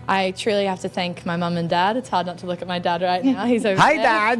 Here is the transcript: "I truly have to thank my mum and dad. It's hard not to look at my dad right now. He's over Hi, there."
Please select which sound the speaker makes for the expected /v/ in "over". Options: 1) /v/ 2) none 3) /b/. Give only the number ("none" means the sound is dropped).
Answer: 2